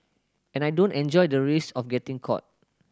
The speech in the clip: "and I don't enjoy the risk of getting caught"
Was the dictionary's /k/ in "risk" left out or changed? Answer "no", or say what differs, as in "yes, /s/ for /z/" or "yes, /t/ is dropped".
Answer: yes, /k/ is dropped